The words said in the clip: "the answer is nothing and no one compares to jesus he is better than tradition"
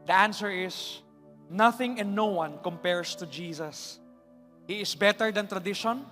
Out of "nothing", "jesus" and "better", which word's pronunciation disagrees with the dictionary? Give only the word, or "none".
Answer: jesus